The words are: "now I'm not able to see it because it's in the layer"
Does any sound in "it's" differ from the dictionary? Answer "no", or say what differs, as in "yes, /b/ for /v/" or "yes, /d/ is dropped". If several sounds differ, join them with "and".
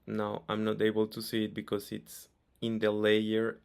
no